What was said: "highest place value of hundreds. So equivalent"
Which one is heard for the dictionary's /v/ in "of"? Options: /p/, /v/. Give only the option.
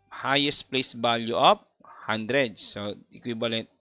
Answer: /p/